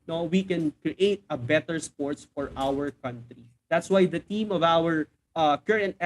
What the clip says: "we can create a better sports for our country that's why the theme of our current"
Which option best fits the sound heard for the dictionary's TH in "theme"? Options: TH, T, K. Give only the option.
T